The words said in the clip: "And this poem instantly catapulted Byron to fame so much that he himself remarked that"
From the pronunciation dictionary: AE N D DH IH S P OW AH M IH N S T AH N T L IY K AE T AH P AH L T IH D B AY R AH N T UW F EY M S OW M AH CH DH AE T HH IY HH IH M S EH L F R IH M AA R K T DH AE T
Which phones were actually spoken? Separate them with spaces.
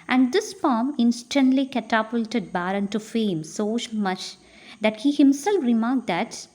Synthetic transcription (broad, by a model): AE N D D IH S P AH M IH N S T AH N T L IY K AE T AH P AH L T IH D B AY R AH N T UW F EY M S OW M AH CH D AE T HH IY HH IH M S EH L F R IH M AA R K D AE T